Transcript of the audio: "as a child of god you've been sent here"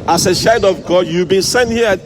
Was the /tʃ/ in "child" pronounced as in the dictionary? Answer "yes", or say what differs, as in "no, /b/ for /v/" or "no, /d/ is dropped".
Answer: no, /ʃ/ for /tʃ/